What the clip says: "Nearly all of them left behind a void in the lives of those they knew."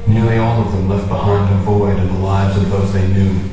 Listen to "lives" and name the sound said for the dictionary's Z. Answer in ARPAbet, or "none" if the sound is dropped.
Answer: Z